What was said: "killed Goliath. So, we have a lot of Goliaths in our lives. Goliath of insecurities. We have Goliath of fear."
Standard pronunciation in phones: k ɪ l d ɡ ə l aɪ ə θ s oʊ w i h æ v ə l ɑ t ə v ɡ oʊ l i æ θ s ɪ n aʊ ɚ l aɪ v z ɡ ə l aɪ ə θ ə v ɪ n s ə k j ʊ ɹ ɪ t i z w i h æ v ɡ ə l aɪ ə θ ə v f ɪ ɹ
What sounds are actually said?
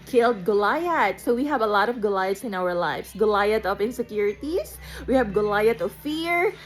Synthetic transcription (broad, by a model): k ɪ l d ɡ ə l aɪ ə t s oʊ w i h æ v ə l ɑ t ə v ɡ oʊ l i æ t s ɪ n aʊ ɚ l aɪ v s ɡ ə l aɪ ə t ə p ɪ n s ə k j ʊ ɹ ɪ t i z w i h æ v ɡ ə l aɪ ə t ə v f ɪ ɹ